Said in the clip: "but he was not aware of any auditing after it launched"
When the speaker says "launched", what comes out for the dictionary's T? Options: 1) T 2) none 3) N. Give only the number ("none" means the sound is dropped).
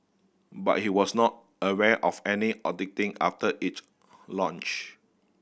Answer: 2